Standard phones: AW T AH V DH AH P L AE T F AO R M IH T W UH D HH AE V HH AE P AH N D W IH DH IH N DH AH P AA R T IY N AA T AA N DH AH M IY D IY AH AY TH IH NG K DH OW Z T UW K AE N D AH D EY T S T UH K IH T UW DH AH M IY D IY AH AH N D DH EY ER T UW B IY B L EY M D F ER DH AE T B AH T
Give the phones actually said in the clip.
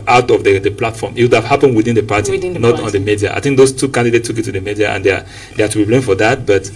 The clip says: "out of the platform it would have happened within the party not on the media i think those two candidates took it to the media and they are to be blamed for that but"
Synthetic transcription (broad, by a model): AW T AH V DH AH P L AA T F AO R M IH T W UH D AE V HH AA P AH N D W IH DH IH N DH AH P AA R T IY N AA T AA N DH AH M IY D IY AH AY TH IH NG K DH OW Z T UW K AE N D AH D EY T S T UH K IH T UW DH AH M IY D IY AH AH N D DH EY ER T UW B IY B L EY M F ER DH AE T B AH T